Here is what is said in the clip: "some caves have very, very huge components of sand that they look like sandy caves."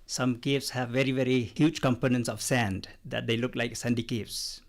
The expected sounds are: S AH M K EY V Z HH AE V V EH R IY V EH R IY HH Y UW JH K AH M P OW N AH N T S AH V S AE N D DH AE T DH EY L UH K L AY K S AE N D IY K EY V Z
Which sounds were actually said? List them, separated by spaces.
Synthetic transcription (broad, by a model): S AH M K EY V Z HH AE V V EH R IY V EH R IY HH Y UW JH K AH M P OW N AH N T S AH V S AE N D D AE T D EY L UH K L AY K S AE N D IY K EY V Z